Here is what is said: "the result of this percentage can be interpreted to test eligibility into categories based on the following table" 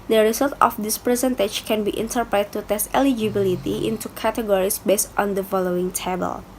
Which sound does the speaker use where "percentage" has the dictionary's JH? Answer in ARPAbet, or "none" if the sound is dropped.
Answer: CH